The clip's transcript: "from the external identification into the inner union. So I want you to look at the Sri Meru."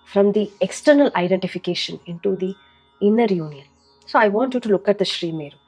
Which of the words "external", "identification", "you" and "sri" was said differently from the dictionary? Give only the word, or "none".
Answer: none